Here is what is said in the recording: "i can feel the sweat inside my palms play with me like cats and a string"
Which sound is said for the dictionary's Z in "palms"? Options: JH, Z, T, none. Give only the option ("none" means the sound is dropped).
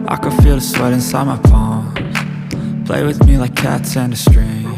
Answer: none